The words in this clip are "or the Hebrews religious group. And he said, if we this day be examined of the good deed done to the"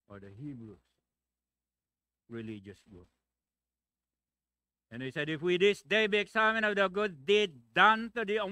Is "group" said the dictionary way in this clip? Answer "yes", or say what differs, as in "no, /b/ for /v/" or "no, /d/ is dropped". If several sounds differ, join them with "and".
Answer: no, /ɹ/ is dropped and /p/ is dropped